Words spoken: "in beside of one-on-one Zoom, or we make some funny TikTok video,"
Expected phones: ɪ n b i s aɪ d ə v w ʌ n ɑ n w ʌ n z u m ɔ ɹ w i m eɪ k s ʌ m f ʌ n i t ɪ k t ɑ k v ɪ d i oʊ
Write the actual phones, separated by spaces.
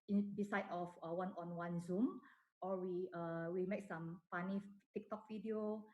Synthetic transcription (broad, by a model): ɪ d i s aɪ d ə f w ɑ n ɑ n w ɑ n z u m ɔ w w i m eɪ k s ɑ m p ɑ n i t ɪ k t ɑ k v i d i oʊ